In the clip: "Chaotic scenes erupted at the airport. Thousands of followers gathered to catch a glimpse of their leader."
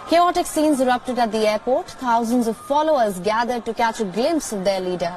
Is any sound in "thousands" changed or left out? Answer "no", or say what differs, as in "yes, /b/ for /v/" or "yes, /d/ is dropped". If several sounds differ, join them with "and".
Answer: yes, /t/ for /θ/